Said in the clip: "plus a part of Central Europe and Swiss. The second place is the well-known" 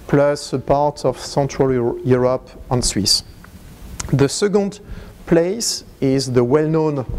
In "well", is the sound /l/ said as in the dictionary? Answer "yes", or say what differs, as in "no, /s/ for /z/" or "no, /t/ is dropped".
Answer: yes